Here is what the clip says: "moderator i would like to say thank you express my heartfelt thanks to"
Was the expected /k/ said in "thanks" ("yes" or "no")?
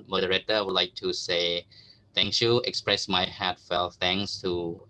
no